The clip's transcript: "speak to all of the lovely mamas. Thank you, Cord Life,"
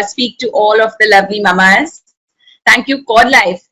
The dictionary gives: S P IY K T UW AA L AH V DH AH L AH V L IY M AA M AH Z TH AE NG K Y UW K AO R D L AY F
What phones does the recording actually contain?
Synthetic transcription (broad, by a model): S P IY K T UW AA L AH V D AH L AH V L IY M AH M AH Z T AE NG K Y UW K AO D L AY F